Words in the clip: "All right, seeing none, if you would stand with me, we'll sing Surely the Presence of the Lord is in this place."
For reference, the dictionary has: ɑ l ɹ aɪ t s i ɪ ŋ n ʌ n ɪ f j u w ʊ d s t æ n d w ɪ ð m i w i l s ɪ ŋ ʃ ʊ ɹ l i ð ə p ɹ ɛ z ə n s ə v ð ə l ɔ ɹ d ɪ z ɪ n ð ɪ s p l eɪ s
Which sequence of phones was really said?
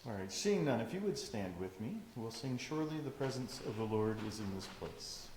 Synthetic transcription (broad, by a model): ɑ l ɹ aɪ t s i ɪ ŋ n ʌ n ɪ f j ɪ w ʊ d s t æ n d w ɪ ð m i w i l s ɪ ŋ ʃ ʊ ɹ l i ð ə p ɹ ɛ z ə n s ə v ð ə l ɔ ɹ d ɪ z ɪ n ð ɪ s p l eɪ s